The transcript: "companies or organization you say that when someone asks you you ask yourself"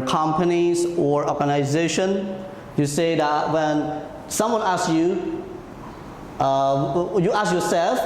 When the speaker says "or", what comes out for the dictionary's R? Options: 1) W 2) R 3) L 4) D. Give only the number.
2